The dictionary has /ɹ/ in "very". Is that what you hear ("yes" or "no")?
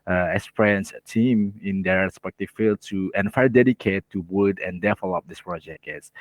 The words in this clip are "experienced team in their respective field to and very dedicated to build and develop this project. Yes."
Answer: no